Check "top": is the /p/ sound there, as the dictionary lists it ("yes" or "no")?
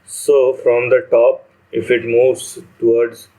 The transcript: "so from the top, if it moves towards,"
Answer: yes